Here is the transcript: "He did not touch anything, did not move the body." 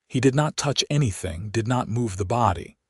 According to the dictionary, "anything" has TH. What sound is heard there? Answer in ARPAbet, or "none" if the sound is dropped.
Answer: TH